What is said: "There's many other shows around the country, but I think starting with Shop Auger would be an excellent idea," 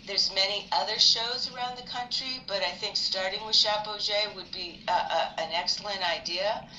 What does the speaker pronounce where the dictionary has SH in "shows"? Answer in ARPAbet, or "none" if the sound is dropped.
SH